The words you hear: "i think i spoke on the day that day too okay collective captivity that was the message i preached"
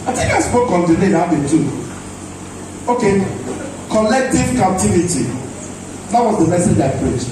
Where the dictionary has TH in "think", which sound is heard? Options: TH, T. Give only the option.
T